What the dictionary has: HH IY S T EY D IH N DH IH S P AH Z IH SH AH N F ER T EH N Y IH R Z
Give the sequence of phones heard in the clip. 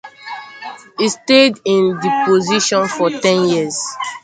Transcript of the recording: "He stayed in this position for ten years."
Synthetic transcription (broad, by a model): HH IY S T EY D IH N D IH P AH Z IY SH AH N F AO T EH N Y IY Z